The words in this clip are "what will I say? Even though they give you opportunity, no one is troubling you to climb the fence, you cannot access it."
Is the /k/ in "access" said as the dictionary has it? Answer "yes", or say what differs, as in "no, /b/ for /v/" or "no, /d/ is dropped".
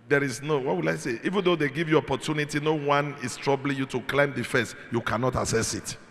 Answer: no, /k/ is dropped